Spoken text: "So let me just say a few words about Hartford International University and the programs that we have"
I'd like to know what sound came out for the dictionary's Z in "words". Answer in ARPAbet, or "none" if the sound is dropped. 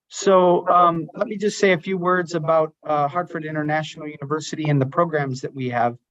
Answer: Z